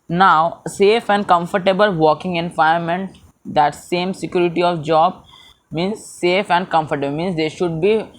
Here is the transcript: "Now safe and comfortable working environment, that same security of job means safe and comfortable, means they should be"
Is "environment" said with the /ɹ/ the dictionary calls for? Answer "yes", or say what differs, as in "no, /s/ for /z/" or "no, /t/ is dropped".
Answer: no, /ɹ/ is dropped